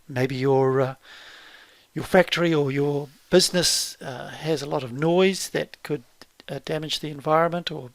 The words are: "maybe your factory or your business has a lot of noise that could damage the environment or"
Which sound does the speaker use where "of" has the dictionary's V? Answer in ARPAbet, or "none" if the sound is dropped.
V